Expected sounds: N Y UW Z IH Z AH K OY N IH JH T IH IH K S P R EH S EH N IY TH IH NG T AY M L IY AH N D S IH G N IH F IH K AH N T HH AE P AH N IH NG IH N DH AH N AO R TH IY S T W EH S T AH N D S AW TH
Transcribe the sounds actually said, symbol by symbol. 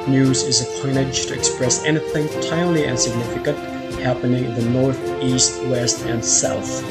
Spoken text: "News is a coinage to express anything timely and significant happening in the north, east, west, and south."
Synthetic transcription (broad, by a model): N Y UW Z IH Z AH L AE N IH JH T IH IH K S P R EH S EH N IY TH IH NG T AY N L IY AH N S IH G N IH F IH K AH N T HH AE P AH N IH NG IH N DH AH N AO R TH IY S T W EH S T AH N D S AW TH